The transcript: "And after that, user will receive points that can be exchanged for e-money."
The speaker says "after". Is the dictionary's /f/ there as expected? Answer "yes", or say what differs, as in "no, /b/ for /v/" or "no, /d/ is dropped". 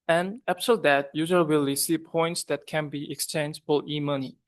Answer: no, /p/ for /f/